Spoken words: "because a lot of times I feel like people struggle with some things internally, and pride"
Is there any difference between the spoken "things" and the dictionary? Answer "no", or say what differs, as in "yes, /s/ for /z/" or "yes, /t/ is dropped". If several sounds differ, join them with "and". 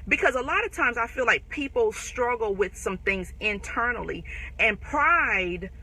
no